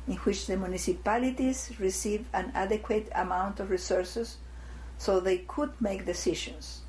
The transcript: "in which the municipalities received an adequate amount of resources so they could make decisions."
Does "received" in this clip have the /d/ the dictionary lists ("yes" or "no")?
no